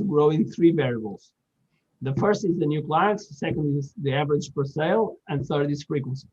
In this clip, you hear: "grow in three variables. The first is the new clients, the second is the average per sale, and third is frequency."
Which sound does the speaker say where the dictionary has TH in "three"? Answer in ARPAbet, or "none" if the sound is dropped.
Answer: TH